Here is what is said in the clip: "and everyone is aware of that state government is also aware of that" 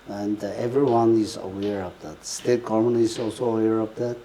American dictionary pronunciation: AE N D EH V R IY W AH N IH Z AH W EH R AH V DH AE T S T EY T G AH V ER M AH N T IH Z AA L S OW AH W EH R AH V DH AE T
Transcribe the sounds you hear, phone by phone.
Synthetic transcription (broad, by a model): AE N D EH V R IY W AH N IH Z AH W EH R AH V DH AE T S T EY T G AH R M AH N IH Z AA L S OW AH W EH R AH V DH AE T